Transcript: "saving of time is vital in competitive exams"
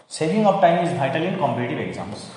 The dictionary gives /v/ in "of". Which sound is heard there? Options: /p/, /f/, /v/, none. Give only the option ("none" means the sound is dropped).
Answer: /p/